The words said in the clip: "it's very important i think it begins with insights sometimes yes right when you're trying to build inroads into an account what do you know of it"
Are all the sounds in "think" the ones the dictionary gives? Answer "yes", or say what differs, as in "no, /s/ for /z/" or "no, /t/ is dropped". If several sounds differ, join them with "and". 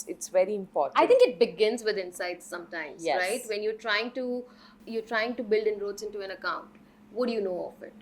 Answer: no, /t/ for /θ/